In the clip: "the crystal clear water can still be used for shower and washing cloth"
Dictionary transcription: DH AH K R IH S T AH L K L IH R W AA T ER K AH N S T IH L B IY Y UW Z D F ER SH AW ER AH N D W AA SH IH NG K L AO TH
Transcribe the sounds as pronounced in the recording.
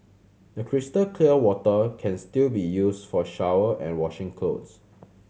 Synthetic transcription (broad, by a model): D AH K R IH S T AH L K L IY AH W AA T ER K AH N S T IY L B IY Y UW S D F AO SH AW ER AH N W AA SH IH NG K AO S